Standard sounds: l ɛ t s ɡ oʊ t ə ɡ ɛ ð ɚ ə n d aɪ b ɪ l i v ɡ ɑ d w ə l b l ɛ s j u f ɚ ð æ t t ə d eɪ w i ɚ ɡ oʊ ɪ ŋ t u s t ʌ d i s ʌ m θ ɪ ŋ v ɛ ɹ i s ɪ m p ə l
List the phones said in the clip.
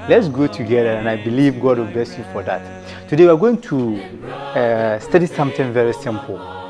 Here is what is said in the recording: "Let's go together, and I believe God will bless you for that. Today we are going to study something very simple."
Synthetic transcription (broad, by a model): l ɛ t s ɡ oʊ t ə ɡ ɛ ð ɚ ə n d aɪ b ɪ l i v ɡ ɑ d w ə l b l ɛ s j u f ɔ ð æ t t ə d eɪ w i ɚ ɡ oʊ ɪ ŋ t u s t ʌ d i s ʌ m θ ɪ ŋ v ɛ ɹ i s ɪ m p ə l